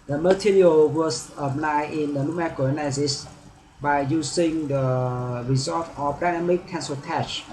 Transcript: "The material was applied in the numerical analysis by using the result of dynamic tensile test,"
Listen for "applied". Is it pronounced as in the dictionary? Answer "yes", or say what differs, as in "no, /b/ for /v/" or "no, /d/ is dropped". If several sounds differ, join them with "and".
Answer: no, /n/ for /l/